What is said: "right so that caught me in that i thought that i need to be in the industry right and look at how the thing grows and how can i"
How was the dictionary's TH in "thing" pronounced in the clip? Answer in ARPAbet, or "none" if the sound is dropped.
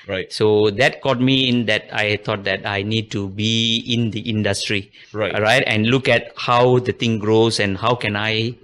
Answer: T